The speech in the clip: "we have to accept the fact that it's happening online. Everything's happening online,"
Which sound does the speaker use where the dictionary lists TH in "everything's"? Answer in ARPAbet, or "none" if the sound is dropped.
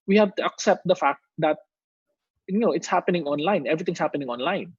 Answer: T